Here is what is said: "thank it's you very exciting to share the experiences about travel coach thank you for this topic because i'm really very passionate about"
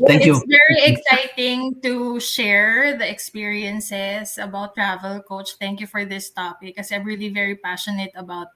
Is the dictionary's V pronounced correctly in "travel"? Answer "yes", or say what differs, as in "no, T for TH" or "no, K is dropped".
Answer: yes